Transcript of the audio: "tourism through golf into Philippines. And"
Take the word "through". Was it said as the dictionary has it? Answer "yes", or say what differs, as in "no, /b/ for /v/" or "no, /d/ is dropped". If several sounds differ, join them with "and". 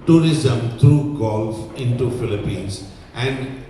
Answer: no, /t/ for /θ/